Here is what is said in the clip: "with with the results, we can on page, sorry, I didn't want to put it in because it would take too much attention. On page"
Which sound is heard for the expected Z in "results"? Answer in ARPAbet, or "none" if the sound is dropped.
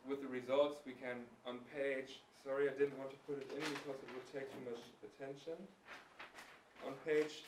Z